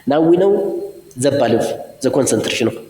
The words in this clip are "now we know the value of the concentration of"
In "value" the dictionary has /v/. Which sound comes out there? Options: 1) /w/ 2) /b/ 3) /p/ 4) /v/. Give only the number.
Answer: 2